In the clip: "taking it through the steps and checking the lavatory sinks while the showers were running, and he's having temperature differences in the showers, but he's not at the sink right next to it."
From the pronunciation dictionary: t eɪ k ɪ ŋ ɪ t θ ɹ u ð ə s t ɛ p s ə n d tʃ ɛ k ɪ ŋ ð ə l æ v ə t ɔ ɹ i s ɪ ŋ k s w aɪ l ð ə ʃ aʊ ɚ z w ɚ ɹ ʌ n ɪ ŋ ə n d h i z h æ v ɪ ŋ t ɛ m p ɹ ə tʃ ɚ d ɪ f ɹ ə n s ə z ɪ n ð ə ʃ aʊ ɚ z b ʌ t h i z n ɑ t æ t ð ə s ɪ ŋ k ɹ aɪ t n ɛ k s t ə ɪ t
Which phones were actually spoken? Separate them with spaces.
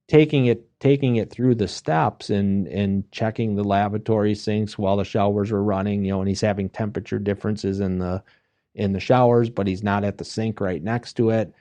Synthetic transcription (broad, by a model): t eɪ k ɪ ŋ ɪ t θ ɹ u ð ə s t ɛ p s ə n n tʃ ɛ k ɪ ŋ ð ə l æ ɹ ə t ɔ ɹ i s ɪ ŋ k s w aɪ l ð ə ʃ aʊ ɚ z w ɚ ɹ ʌ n ɪ ŋ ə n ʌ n i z h æ v ɪ ŋ t ɛ m p ɹ ə tʃ ɚ d ɪ f ɹ ə n s ə z ɪ n ð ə ʃ aʊ ɚ z b ʌ t h i z n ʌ t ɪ t ð ə s ɪ ŋ k ɹ aɪ t n ɛ k s t ə ɪ t